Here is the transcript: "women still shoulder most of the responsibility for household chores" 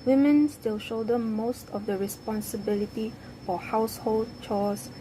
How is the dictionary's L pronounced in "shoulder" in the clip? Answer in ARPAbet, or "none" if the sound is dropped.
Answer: none